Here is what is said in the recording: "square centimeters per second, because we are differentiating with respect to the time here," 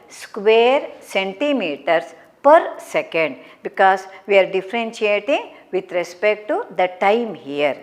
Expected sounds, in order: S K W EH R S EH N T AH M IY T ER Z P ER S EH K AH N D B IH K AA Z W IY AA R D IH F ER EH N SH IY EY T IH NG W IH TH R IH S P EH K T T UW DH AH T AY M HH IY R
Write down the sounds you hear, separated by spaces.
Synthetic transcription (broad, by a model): S K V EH R S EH N T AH M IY T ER S P ER S EH K AH N D B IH K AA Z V IY AA R D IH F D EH N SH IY EY T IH NG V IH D R IH S P EH K T T UW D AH T AY M HH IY R